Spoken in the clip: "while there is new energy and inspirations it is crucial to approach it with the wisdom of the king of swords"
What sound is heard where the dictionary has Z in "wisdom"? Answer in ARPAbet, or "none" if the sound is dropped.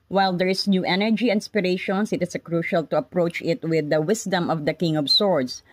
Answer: S